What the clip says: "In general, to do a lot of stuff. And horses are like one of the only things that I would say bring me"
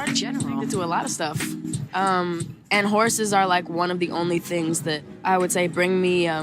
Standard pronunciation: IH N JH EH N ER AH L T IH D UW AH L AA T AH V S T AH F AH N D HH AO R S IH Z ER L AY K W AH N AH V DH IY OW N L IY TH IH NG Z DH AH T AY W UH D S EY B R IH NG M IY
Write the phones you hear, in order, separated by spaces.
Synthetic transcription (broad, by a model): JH EH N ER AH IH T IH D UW AH L AA T AH V S T AH F AH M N HH AO R S IH Z ER L AY K W AH N AH V DH IY OW N L IY TH IH NG Z DH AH T AY W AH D S EY B R IH NG M IY